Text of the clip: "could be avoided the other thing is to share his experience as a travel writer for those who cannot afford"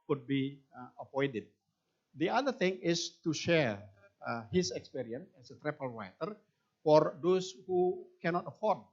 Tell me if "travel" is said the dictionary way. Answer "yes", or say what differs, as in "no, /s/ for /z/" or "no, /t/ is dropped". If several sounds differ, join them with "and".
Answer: no, /p/ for /v/